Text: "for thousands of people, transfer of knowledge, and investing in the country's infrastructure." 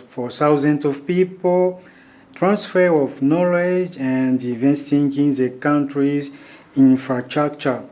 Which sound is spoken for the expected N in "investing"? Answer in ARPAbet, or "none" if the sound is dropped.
none